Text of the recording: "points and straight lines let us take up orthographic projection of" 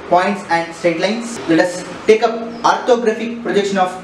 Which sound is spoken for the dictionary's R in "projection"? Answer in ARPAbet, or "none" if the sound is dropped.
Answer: R